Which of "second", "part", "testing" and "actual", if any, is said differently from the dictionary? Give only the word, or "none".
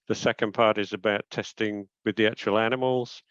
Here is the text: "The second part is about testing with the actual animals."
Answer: actual